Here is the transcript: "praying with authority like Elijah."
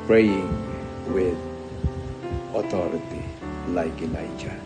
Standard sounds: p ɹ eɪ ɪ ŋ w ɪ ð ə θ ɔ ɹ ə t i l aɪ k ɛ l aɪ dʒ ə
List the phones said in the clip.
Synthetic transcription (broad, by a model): p ɹ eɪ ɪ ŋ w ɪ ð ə t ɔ ɹ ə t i l aɪ k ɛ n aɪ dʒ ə